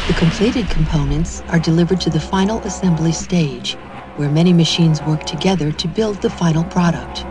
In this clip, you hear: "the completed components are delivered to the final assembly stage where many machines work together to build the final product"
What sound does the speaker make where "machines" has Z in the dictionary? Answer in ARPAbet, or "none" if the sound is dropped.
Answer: Z